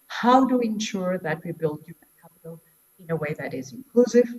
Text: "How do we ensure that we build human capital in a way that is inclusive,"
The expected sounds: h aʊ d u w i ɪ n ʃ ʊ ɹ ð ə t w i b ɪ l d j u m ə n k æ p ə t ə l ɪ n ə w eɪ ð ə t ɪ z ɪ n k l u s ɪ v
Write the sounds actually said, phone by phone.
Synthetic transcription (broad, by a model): h aʊ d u w i ɪ n ʃ ʊ ɹ ð ə t w i b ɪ l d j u ə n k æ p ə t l ɪ n ə w eɪ ð ə t ɪ z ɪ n k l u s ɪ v